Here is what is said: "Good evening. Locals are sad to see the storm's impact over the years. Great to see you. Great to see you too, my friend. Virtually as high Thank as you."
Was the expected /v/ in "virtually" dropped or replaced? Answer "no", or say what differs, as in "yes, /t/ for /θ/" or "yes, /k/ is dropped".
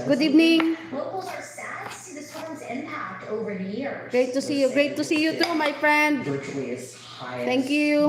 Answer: yes, /w/ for /v/